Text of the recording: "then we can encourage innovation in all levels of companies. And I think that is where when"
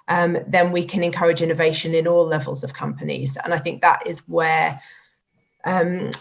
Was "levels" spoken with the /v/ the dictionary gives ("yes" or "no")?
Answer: yes